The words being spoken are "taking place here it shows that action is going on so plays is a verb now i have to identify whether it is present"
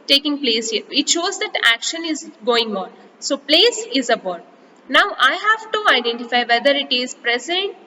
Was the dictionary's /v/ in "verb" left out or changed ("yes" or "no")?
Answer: yes